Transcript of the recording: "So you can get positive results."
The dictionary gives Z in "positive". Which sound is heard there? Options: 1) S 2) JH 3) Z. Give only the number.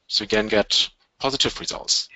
3